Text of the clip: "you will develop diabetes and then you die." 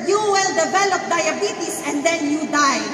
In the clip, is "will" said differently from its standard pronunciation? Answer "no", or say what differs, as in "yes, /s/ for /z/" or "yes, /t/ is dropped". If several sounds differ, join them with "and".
no